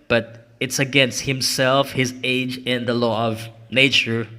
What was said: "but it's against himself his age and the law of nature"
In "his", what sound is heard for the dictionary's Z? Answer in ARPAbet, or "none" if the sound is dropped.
Z